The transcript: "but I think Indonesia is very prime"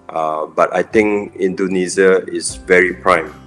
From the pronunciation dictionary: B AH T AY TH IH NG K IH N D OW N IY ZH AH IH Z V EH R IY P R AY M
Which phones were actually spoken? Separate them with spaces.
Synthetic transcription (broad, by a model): B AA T AY T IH NG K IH N D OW N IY Z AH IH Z V EH R IY P R AY M